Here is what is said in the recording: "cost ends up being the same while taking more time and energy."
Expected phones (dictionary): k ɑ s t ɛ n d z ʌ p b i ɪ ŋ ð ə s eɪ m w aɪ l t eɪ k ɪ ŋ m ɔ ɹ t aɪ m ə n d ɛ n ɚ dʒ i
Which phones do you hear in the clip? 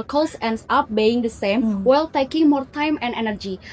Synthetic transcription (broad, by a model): k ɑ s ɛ n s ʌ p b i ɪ ŋ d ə s eɪ m w aɪ l t eɪ k ɪ ŋ m ɔ ɹ t aɪ m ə n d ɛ n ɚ dʒ i